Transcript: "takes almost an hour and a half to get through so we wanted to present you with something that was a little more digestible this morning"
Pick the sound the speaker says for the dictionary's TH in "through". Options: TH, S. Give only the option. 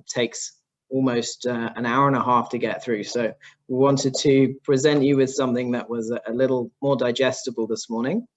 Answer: TH